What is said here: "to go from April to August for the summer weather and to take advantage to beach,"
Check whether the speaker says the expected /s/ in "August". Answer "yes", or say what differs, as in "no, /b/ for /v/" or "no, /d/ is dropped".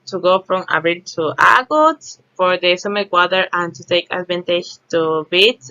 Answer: no, /s/ is dropped